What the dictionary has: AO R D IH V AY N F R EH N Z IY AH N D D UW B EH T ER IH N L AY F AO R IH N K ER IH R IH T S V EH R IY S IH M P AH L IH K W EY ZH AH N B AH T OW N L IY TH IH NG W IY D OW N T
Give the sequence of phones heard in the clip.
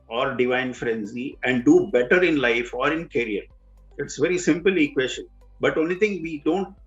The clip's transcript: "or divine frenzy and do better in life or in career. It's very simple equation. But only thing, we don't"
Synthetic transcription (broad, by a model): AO R D IH V AY N F R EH N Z IY AH N D D UW B EH T ER IH N L AY F AO R IH N K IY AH R IH T S V EH R IY S IH M P AH L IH K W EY SH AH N B AH T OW N IY T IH NG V IY D OW N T